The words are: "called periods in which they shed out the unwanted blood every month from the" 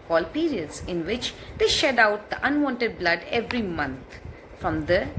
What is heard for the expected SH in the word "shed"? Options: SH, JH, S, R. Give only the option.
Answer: SH